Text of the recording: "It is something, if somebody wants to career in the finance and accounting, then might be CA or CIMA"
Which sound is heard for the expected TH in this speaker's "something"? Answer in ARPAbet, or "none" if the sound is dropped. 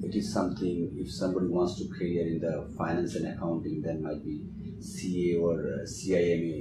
T